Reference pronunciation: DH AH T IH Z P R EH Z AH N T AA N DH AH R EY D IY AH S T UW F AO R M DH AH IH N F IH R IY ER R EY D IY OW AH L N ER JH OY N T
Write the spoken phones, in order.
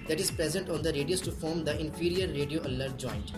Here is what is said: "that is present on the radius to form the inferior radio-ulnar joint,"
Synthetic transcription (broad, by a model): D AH T IH Z P R EH Z AH N T AA N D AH R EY D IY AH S T UW F AO R M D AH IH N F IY R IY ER R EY D IY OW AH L ER JH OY N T